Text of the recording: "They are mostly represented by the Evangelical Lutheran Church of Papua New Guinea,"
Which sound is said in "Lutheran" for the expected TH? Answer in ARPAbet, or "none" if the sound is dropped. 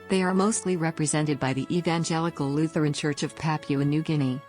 TH